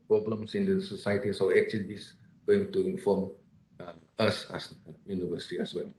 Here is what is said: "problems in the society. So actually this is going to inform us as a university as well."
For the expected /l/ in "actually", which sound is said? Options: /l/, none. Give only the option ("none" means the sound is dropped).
none